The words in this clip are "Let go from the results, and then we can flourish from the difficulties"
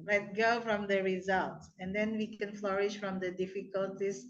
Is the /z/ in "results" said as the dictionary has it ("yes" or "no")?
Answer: yes